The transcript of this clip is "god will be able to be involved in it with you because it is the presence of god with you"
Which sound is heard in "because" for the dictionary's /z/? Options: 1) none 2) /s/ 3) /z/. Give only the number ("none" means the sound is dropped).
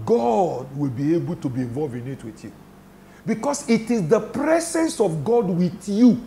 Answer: 2